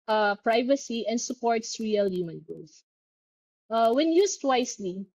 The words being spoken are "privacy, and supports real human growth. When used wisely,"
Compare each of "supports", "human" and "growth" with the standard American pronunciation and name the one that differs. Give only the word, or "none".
growth